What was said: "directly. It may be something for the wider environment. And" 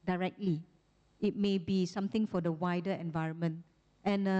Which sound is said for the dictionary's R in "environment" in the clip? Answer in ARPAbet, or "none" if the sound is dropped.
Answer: R